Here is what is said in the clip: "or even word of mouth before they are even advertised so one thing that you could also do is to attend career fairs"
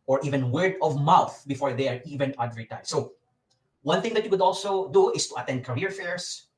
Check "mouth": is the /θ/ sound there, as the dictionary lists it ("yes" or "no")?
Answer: yes